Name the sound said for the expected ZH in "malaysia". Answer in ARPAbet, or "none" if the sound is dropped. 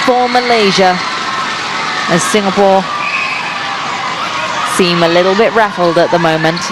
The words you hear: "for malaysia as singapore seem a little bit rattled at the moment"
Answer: ZH